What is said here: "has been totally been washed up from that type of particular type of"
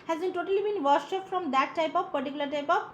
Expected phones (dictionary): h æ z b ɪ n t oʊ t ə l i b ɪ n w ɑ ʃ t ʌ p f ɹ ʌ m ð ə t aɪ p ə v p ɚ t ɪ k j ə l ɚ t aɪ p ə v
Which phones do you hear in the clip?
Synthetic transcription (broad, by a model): h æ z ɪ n t oʊ t ə l i b ɪ n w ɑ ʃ ʌ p f ɹ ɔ m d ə t aɪ p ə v p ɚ t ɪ k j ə l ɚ t aɪ p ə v